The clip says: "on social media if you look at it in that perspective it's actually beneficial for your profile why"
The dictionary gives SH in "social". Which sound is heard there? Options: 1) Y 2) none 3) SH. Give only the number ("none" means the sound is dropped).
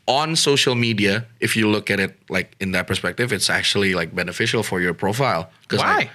3